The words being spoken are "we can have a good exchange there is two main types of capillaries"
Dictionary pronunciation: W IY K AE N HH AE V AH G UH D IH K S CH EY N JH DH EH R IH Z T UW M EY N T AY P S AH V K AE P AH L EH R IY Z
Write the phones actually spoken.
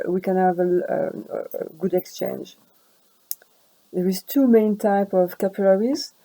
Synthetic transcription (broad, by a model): W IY K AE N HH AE V AH G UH D IH K S CH EY N JH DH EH R IH Z T UW M EY N T AY P AH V K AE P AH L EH R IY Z